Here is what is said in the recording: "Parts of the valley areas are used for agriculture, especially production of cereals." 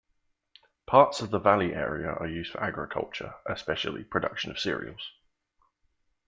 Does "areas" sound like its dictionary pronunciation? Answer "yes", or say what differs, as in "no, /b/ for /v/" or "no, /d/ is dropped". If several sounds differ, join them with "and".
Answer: no, /z/ is dropped